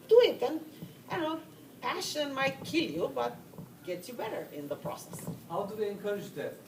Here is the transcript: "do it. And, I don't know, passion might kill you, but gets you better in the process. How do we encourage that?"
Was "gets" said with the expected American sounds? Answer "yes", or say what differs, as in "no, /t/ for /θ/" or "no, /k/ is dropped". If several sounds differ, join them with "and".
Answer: no, /s/ is dropped